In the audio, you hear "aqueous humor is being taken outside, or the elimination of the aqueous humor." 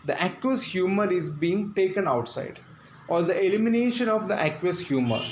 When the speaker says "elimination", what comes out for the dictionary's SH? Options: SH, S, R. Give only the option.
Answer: SH